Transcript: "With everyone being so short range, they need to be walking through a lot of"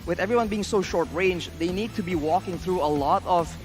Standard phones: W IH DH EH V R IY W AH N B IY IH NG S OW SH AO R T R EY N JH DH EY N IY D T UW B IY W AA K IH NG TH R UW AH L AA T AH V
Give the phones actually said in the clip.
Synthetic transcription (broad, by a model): W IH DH EH V R IY W AH N B IY IH NG S OW SH AO R T R EY N JH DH EY N IY D T UW B IY W AA K IH NG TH R UW AH L AA T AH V